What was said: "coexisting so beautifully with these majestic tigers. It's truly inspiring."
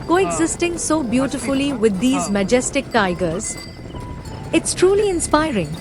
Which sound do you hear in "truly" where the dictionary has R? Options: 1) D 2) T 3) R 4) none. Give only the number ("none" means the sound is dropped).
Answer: 3